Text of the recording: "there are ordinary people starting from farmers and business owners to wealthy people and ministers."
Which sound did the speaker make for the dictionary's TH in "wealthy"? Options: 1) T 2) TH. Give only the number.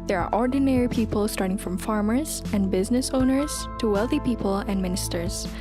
2